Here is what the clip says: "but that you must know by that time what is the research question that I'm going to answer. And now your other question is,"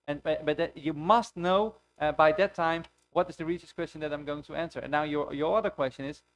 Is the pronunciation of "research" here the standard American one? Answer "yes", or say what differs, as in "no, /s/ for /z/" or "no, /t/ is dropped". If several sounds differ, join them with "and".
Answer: no, /s/ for /tʃ/